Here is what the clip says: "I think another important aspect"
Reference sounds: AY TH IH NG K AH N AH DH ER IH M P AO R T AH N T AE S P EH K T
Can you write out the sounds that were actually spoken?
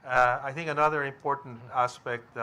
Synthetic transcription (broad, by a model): AY TH IH NG K AH N AH DH ER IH M P AO R T N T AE S P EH K T